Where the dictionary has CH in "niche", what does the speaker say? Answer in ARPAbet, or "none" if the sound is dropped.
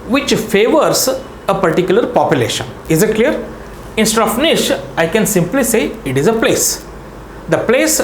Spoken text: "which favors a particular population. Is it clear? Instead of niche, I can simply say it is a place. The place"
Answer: SH